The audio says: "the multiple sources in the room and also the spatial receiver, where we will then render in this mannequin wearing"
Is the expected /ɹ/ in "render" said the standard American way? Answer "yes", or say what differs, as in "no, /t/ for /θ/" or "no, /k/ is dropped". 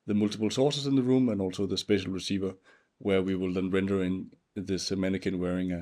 yes